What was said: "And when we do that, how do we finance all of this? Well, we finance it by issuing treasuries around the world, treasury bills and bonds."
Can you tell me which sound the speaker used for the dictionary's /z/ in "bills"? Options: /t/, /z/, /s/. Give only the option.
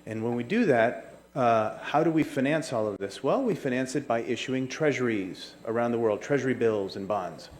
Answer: /z/